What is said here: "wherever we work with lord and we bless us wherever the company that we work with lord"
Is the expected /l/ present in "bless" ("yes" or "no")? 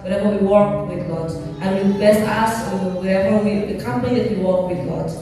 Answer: no